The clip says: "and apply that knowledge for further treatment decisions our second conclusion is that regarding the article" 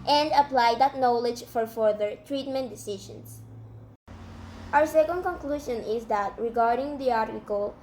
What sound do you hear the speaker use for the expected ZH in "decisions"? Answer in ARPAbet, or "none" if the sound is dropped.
SH